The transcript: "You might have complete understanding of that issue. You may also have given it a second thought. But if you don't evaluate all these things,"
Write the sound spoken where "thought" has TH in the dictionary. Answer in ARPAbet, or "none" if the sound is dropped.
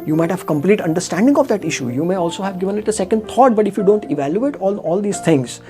T